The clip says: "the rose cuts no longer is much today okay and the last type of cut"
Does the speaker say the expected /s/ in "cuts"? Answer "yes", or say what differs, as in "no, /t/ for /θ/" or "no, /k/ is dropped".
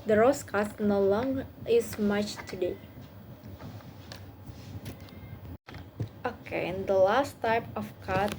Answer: no, /s/ is dropped